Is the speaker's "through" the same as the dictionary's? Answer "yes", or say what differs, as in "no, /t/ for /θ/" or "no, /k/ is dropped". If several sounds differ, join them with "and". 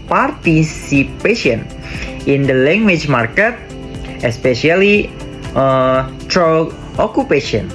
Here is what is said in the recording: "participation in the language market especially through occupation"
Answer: no, /t/ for /θ/